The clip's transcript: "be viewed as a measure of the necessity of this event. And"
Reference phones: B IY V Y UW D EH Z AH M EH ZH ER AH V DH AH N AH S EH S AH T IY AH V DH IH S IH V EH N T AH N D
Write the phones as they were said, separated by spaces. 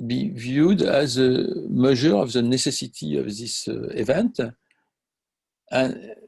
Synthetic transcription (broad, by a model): B IY V Y UW D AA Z AH M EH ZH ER AH V DH AH N AH S EH S AH T IY AH V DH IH S IH V EH N T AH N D